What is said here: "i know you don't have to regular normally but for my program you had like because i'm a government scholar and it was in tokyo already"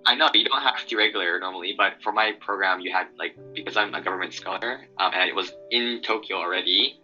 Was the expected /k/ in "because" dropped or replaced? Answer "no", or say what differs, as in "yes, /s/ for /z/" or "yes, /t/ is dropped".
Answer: no